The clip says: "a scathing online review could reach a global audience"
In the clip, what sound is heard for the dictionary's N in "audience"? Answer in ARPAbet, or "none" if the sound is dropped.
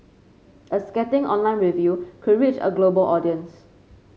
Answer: N